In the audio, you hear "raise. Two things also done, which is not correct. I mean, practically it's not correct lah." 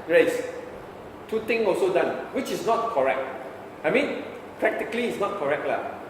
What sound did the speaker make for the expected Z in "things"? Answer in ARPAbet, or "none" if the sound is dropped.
none